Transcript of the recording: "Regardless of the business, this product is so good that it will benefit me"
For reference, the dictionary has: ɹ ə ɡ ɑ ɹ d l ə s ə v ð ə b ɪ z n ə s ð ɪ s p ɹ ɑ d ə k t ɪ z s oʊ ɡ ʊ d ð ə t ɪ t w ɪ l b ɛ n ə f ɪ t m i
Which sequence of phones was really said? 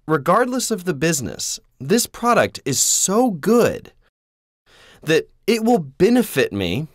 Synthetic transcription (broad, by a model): ɹ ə ɡ ɑ ɹ d l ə s ə v ð ə b ɪ z n ə s ð ɪ s p ɹ ɑ d ə k t ɪ z s oʊ ɡ ʊ d ð ə t ɪ t w ɪ l b ɛ n ə f ɪ t m i